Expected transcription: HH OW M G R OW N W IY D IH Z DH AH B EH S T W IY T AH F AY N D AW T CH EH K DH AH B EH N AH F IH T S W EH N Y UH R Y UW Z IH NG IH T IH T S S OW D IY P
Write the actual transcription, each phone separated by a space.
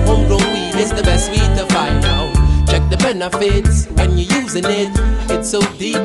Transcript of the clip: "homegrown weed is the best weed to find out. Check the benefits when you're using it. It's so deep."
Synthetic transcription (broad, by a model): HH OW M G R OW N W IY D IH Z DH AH B EH S T W IY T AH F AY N AW CH EH K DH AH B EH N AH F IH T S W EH N Y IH Y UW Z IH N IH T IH T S S OW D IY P